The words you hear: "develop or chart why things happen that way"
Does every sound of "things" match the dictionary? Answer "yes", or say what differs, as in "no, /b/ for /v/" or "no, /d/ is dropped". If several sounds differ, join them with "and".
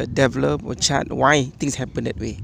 no, /t/ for /θ/ and /s/ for /z/